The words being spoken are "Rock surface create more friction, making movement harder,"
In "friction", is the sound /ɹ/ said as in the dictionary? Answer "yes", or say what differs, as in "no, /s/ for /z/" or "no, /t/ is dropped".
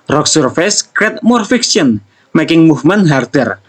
no, /ɹ/ is dropped